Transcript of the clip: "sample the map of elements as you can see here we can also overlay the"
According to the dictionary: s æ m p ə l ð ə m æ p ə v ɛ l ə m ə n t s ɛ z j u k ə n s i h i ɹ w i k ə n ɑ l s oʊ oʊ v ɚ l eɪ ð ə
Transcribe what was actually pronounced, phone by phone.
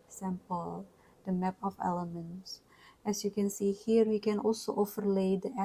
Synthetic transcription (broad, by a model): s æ m p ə l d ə m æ p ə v ɛ l ə m ə n t s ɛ s j u k ə n s i h i ɹ w i k ə n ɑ l s oʊ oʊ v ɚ l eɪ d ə